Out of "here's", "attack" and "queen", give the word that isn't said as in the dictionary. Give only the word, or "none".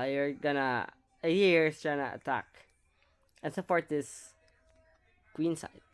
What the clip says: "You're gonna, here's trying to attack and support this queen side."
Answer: here's